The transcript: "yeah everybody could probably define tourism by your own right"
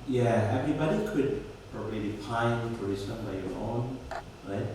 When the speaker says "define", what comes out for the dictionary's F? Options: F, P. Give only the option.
P